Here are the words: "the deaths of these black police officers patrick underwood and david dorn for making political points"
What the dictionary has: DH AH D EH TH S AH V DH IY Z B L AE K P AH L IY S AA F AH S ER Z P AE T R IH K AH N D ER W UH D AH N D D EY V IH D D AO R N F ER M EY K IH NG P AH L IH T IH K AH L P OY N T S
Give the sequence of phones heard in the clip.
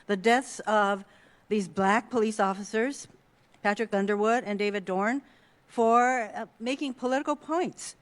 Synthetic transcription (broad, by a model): DH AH D EH TH S AH V DH IY Z B L AE K P AH L IY S AA F AH S ER Z P AE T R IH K AH N D ER W UH D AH N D D EY V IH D D AO R N F ER M EY K IH NG P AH L IH T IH K L P OY N T S